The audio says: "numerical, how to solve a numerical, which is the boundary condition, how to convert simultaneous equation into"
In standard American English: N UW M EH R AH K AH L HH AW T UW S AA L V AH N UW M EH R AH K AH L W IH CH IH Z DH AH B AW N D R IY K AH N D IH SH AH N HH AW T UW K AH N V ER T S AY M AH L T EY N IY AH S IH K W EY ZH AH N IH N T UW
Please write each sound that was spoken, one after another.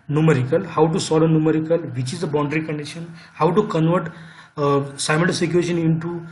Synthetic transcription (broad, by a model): N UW M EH R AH K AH L HH AW T UW S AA L AH N UW M EH R AH K AH L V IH CH IH Z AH B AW N D R IY K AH N D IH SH AH N HH AW T UW K AH N V ER T S AY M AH N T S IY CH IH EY SH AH N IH N T UW